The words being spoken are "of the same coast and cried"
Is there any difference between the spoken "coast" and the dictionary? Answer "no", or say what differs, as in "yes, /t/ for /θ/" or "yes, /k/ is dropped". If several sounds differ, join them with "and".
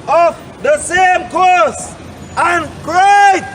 yes, /t/ is dropped